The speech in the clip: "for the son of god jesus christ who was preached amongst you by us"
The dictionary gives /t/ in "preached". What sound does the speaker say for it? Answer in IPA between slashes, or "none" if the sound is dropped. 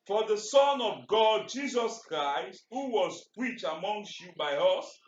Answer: none